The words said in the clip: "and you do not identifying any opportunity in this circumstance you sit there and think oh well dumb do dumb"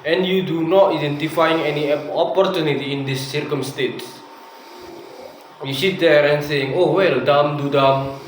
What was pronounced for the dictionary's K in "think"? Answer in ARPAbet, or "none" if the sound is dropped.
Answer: none